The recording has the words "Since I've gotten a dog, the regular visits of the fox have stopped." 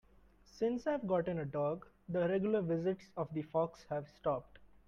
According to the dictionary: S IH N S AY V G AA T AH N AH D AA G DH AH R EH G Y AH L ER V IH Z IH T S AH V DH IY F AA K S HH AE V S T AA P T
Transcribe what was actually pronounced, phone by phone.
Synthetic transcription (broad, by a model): S IH N S AY V G AA T AH N AH D AA G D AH R EH G Y AH L ER V IH Z IH T S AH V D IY F AA K S HH AE V S T AA P T